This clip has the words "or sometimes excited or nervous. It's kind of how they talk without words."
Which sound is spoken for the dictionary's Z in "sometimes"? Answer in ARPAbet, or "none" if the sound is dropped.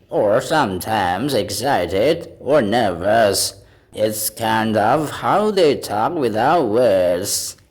Z